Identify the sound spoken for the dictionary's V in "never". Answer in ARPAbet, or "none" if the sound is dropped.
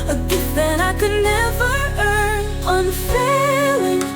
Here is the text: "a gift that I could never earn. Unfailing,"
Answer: V